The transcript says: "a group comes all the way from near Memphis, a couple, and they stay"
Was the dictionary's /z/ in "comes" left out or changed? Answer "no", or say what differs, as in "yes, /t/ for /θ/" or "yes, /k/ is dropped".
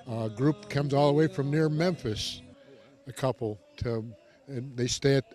no